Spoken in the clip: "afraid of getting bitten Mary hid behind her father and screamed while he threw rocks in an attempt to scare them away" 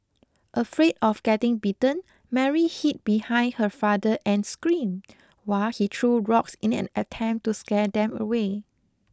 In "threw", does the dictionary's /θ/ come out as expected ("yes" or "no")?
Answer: no